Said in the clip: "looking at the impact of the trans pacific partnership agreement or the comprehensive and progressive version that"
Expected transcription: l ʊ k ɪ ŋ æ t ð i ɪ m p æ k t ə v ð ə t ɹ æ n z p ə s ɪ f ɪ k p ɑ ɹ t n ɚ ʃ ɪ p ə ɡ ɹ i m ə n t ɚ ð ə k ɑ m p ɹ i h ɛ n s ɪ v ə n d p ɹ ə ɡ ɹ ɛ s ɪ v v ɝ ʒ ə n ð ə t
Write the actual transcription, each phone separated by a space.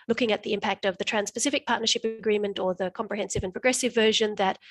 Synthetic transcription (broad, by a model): l ʊ k ɪ ŋ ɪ t ð i ɪ m p æ k t ə v ð ə t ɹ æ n s p ə s ɪ f ɪ k p ɑ ɹ t n ɚ ʃ ɪ p ə ɡ ɹ i m ə n t ɚ ð ə k ɑ m p ɹ i h ɛ n s ɪ v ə n p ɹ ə ɡ ɹ ɛ s ɪ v v ɝ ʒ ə n ð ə t